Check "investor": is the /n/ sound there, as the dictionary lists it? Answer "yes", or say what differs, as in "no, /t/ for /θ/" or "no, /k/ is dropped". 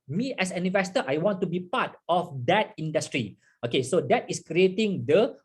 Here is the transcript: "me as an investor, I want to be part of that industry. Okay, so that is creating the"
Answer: no, /n/ is dropped